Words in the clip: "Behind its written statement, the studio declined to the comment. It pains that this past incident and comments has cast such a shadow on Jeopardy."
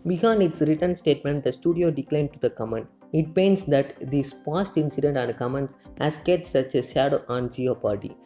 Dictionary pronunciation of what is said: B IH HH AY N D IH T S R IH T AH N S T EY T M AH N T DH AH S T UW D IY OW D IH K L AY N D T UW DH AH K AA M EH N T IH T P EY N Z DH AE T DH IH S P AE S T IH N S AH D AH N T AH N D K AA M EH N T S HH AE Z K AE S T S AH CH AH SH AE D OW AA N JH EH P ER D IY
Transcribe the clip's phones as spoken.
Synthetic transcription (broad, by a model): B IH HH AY N D IH T S R IH T AH N S T EY T M AH N T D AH S T UW D IY OW D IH K L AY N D T UW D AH K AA M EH N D IH T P EY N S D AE T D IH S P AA S T IH N S AH D AH N T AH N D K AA M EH N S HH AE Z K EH T S AH CH AH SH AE D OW AA N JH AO P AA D IY